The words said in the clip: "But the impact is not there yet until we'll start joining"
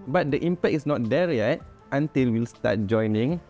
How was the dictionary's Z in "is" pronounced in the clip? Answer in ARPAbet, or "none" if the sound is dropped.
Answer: S